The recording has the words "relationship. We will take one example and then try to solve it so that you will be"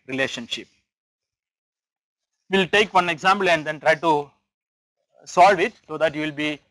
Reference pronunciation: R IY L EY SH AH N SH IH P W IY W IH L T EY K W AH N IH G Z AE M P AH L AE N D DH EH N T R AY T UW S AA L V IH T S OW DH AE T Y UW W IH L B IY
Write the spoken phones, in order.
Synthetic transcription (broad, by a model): R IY L EY SH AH N SH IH P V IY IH L T EY K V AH N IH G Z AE M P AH L AE N D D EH N T R AY T UW S AA L V IH T S OW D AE T Y UW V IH L B IY